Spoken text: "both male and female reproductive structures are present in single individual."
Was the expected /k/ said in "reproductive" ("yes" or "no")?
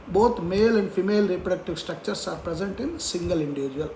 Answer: yes